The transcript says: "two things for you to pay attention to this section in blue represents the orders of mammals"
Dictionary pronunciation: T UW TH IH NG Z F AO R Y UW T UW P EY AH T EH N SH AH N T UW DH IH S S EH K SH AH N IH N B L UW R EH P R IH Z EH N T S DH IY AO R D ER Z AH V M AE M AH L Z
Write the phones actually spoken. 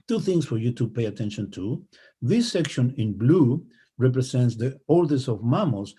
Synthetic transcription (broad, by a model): T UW TH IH NG S F AO R Y UW T UW P EY AH T EH N SH AH N T UW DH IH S S EH K SH AH N IH N B L UW R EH P R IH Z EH N T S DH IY AO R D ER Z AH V M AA M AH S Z